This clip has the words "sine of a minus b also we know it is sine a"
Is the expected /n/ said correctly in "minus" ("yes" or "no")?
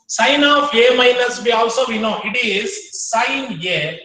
no